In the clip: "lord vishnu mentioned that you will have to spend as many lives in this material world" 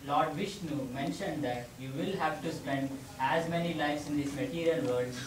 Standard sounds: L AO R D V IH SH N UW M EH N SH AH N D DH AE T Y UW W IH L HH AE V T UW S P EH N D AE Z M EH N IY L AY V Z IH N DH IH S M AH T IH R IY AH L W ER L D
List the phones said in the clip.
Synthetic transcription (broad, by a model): L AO R D V IH SH N UW M EH N SH AH N D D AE T Y UW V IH L HH AE V T UW S P EH N D AE Z M EH N IY L AY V S IH N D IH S M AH T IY R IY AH L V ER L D